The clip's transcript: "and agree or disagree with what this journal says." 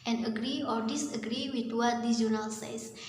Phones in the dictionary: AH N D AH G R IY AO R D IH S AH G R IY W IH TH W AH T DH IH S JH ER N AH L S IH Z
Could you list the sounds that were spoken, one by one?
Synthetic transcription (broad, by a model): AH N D AH G R IY AO R D IH S AH G R IY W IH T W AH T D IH JH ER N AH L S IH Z